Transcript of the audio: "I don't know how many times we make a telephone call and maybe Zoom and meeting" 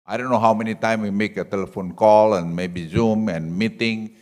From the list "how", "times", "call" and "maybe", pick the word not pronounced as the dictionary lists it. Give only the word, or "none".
times